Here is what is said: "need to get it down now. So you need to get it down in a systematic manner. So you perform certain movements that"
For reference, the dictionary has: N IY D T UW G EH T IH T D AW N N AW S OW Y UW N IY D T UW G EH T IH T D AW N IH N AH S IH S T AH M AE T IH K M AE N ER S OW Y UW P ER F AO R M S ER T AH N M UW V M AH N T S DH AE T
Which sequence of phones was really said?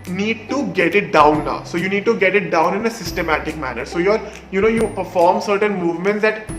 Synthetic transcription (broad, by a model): N IY D T UW G EH T IH T D AW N N AW S OW Y UW N IY D T UW G EH T IH T D AW N IH N AH S IH S T AH M AE T IH K M AE N ER S OW Y UW P ER F AO R M S ER T AH N M UW V M AH N T S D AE T